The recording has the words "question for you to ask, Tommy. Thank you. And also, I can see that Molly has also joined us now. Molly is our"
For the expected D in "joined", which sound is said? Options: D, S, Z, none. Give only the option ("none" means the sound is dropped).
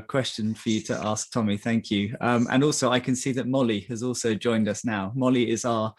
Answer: D